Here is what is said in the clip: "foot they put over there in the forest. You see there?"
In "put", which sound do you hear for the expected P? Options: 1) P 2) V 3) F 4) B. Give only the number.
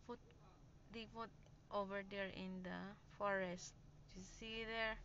3